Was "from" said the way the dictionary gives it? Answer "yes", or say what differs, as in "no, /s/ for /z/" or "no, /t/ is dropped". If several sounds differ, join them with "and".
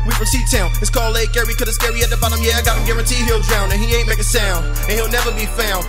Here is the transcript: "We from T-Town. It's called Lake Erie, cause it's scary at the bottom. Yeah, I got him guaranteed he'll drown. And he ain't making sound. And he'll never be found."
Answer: no, /p/ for /f/